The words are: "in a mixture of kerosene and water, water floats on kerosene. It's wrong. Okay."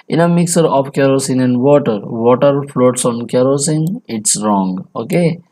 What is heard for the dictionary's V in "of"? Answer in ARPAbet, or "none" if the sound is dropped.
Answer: P